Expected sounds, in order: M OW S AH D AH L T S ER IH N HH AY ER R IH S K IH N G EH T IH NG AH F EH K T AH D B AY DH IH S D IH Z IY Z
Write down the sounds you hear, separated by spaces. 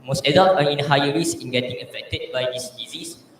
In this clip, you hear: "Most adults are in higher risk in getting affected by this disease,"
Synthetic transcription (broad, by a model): M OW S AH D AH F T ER IH N HH AY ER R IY S IH N G EH T IH NG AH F EH K T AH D B AY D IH S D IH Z IY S